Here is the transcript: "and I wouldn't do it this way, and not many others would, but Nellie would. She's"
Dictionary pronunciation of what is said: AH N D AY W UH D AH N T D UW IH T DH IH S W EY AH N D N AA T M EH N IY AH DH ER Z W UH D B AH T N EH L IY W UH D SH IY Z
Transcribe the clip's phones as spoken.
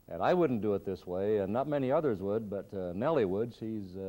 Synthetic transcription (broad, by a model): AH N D AY W UH D N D IH T DH IH S W EY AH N N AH T M EH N IY AH DH ER Z W UH D B AH T N EH L IY W UH D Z IY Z